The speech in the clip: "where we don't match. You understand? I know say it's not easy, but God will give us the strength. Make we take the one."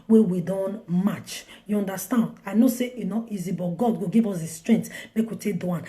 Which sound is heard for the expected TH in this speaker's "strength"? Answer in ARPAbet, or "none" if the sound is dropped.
T